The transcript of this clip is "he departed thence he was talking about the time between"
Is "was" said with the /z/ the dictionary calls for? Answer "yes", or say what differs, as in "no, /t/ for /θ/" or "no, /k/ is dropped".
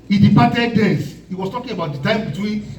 no, /s/ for /z/